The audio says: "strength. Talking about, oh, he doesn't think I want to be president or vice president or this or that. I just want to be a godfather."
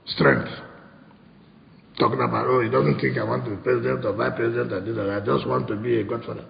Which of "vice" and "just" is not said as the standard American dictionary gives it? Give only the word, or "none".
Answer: vice